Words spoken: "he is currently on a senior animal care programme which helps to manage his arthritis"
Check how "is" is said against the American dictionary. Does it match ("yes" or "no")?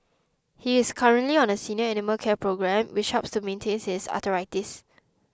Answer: no